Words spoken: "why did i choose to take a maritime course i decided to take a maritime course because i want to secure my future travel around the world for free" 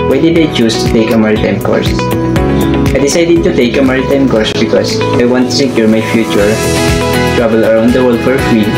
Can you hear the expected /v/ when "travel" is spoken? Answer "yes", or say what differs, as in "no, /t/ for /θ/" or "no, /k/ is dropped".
no, /b/ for /v/